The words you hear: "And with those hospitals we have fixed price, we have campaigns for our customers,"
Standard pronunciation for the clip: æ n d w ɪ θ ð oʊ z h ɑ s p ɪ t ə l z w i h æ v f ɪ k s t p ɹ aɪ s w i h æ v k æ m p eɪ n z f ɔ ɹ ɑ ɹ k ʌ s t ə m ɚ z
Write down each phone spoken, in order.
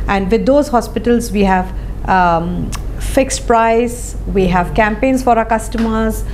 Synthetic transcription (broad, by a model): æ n d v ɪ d oʊ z h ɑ s p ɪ t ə l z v i h æ v f ɪ k s t p ɹ aɪ s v i h æ v k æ m p eɪ n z f ɔ ɹ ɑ k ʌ s t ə m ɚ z